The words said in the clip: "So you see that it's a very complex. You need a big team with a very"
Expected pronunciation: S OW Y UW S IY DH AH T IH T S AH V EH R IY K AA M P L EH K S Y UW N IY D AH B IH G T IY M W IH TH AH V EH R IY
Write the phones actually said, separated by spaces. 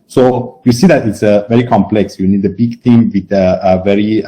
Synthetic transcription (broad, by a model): S OW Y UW S IY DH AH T IH T S AH V EH R IY K AA M P L EH K S Y UW N IY D AH B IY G T IY M W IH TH AH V EH R IY